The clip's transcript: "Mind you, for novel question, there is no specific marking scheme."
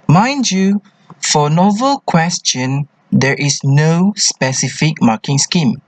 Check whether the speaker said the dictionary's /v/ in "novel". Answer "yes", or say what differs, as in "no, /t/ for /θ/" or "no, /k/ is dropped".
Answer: yes